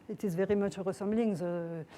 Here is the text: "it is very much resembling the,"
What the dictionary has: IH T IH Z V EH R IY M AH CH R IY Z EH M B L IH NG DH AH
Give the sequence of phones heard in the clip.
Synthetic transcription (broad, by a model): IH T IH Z V EH R IY M AH CH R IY S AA M B L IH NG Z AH